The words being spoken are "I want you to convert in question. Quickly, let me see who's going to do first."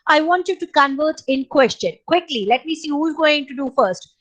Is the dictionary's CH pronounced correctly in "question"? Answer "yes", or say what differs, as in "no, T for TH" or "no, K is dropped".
yes